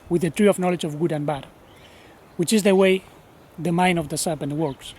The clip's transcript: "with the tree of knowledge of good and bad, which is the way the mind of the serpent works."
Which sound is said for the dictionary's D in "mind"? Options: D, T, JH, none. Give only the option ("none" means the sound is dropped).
none